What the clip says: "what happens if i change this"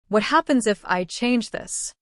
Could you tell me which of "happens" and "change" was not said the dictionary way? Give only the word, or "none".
none